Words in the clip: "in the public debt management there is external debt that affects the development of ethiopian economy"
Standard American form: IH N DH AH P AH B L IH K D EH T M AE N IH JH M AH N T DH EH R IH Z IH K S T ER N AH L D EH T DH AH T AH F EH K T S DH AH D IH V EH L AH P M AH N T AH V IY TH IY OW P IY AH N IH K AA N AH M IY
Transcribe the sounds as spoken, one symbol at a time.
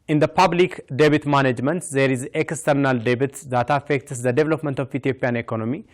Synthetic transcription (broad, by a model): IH N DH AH P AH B L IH K D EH T M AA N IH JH M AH N T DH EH R IH Z IH K S T ER N AH L D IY T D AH T AH F EH K T S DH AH D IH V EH L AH P M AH N T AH F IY T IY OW P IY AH N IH K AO N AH M IY